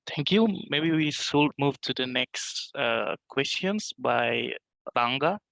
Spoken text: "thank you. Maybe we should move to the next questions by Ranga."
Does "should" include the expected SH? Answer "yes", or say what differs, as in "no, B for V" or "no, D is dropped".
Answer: no, S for SH